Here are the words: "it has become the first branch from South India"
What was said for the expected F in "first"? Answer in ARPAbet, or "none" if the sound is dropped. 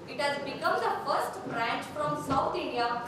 F